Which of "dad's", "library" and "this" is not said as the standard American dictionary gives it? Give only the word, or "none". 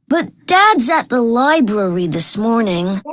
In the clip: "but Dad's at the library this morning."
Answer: none